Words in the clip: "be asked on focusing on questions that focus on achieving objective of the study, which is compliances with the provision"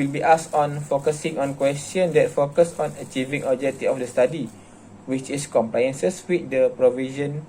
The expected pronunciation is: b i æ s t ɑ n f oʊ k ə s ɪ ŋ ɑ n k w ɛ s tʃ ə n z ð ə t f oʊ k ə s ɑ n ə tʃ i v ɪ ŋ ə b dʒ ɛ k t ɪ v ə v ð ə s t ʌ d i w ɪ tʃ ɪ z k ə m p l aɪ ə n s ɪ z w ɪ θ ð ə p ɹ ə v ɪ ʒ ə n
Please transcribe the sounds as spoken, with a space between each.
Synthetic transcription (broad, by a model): b i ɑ s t ɑ n f oʊ k ə s ɪ ŋ ɑ n k w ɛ s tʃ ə n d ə t f oʊ k ə s ɑ n ə tʃ i v ɪ ŋ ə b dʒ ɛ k t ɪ ə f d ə s t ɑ d i w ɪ tʃ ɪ s k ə m p l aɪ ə n s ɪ s w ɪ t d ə p ɹ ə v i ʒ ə n